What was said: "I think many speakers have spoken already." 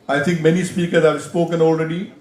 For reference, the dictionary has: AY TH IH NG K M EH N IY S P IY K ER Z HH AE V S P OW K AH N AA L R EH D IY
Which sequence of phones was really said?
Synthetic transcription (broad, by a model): AY T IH NG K M EH N IY S P IY K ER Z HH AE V S P OW K AH N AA L R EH D IY